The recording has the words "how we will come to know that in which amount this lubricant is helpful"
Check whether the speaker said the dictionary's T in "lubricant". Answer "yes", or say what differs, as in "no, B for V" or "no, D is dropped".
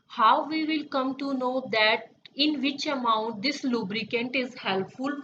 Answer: yes